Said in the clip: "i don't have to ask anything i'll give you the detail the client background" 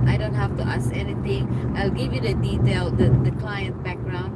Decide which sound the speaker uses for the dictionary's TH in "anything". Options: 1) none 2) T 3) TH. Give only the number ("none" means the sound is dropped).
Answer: 2